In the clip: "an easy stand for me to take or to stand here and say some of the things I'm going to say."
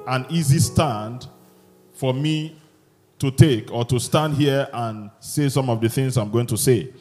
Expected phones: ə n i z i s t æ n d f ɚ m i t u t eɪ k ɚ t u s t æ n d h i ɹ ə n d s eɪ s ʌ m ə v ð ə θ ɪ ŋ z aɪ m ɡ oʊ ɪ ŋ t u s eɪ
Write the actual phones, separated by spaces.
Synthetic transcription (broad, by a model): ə n i z i s t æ n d f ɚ m i t u t eɪ k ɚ t u s t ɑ n d h i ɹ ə n s eɪ s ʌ m ə v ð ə θ ɪ ŋ z aɪ m ɡ oʊ ɪ ŋ t u s eɪ